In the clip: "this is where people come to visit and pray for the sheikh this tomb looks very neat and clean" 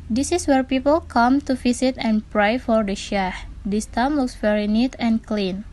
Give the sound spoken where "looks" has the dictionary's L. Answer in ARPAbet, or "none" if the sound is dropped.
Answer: W